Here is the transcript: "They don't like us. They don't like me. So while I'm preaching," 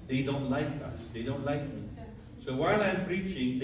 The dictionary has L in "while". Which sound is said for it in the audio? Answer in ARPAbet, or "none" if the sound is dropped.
L